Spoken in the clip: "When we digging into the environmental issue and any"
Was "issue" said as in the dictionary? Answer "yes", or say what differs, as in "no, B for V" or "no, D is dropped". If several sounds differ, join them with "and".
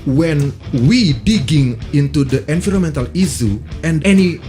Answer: no, S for SH